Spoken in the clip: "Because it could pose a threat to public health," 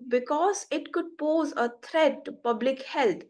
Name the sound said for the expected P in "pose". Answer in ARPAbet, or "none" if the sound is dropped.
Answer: P